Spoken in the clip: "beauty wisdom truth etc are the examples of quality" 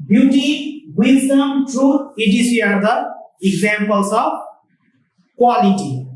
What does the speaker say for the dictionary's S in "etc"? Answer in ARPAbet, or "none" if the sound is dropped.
none